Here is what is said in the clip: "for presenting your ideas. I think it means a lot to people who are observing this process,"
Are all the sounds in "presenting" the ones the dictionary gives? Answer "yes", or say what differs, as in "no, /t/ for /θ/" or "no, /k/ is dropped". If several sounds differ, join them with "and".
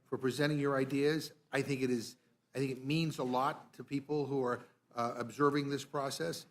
no, /n/ is dropped